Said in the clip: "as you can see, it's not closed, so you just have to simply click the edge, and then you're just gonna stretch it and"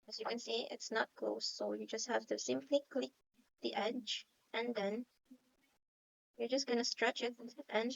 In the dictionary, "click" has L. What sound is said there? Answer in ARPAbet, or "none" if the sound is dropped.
L